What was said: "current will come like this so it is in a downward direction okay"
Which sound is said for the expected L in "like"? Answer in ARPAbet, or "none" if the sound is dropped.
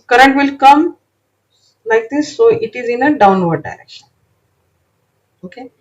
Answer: N